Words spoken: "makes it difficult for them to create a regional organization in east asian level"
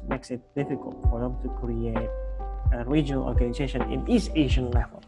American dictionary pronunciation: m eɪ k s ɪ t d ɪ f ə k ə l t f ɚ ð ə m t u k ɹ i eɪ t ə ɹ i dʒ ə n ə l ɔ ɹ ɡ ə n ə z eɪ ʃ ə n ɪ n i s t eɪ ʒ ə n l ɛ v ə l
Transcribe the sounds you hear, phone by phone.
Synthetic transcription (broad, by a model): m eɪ k s ɪ t d ɪ f ə k ə l t f ɚ ð ə m t u k ɹ i eɪ t ə ɹ i dʒ ə n ə l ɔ ɹ ɡ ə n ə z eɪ ʃ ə n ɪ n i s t eɪ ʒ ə n l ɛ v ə l